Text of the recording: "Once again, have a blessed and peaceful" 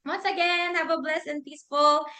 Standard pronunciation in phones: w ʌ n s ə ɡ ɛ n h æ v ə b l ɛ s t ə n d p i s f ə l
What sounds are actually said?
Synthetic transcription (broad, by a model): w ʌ n s ə ɡ ɛ n h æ v ə b l ɛ s ə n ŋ p i s f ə l